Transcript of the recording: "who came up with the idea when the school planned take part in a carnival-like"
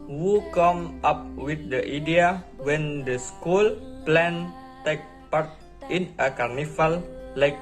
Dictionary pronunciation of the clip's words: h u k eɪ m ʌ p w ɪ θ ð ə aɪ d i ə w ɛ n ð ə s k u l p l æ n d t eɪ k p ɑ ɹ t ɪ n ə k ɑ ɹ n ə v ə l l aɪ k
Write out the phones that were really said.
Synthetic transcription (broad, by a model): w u k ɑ m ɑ p w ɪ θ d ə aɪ d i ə w ɛ n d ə s k u l p l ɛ n t eɪ k p ɑ ɹ t ɪ n ə k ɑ ɹ n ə f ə l l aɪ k